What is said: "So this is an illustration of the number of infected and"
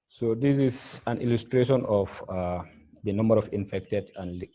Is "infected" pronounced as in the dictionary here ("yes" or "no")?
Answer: yes